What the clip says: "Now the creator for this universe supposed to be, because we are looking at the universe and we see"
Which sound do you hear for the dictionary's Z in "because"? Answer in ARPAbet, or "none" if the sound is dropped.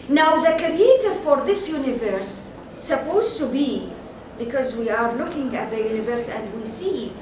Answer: Z